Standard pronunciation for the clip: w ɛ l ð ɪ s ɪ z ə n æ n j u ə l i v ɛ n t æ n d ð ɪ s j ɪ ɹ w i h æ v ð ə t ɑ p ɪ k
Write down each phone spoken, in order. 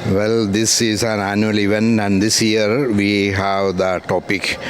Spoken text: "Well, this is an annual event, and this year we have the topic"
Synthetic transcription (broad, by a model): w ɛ l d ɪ s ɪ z ə n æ n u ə l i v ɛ n æ n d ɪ s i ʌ ɹ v i h æ v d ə t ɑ p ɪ k